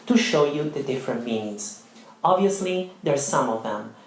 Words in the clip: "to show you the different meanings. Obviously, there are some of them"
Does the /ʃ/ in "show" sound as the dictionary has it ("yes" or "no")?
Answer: yes